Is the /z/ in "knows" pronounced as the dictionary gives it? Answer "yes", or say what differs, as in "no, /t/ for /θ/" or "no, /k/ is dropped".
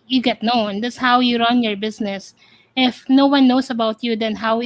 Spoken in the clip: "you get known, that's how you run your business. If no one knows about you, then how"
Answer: no, /s/ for /z/